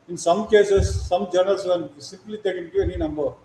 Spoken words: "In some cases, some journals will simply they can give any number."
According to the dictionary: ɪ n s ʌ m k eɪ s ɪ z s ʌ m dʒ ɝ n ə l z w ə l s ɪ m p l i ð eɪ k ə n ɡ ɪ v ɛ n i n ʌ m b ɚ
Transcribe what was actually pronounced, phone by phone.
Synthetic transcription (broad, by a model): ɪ n s ʌ m k eɪ s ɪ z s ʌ m dʒ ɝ n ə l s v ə n s ɪ m p l i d eɪ k ə n ɡ ɪ v ɛ n i n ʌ m b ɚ